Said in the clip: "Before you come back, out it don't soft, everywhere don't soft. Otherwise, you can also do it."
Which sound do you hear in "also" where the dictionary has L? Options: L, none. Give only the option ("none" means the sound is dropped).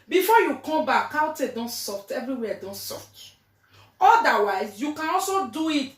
L